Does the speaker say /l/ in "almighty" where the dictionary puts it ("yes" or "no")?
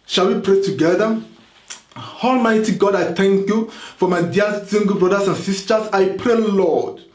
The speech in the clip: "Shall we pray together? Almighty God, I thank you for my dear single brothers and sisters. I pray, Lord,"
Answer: yes